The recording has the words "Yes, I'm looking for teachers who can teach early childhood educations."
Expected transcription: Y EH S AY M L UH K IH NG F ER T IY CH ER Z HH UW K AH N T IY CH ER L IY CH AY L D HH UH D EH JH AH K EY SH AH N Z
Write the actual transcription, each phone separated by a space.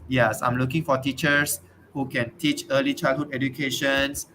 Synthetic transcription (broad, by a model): Y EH S AY M L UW K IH NG F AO T IY CH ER S HH UW K AH N T IY CH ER L IY CH AY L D HH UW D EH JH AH K EY SH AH N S